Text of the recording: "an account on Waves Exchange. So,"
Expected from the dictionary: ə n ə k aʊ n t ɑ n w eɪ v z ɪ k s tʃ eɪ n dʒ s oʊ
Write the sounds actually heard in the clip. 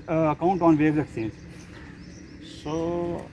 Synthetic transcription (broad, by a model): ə ə k aʊ n t ɑ n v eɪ z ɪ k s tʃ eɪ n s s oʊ